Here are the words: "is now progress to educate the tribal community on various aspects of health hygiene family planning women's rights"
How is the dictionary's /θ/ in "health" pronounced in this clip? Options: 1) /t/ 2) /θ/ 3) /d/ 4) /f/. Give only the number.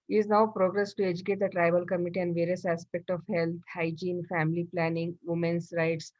1